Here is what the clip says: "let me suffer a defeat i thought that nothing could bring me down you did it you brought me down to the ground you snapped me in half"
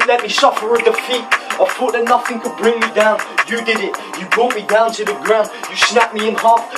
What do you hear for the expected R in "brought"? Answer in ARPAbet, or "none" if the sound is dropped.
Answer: none